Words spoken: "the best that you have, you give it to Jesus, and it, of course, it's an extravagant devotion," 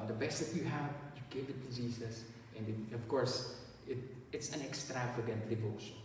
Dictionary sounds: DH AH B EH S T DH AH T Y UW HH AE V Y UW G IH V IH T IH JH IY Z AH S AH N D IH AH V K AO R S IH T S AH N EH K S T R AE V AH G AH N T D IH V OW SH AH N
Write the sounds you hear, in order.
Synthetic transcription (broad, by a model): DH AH B EH S T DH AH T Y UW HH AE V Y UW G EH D IH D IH Z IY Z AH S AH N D IH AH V K AO R S IH T S AH N EH K S T R AE V AH G AH N T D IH V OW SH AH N